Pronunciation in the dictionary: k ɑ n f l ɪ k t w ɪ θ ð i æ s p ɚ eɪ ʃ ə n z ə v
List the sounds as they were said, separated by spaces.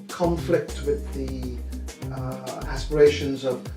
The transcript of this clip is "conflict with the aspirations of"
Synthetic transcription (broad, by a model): k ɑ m f l ɪ k t w ɪ ð i æ s p ɚ eɪ ʃ ə n z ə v